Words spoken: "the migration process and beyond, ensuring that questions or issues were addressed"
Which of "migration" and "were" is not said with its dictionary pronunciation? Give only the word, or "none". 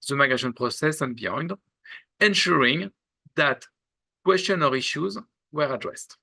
migration